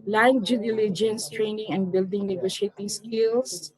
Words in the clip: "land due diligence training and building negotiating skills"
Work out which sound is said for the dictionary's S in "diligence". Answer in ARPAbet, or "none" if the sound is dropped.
S